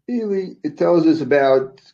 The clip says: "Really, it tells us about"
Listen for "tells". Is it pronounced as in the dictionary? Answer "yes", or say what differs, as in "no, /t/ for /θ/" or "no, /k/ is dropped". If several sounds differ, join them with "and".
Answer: yes